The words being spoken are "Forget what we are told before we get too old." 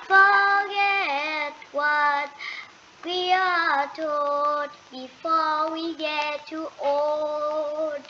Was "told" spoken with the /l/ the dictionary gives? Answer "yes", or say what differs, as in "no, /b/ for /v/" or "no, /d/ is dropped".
no, /l/ is dropped